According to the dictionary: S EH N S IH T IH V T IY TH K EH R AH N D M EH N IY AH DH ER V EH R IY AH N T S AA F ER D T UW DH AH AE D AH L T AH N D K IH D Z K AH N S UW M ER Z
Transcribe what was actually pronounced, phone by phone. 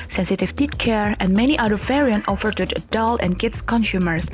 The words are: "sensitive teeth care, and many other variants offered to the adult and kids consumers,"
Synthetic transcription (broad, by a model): S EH N S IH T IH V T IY T K EH R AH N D M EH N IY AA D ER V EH R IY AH N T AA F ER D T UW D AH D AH L AH N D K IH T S K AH N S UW M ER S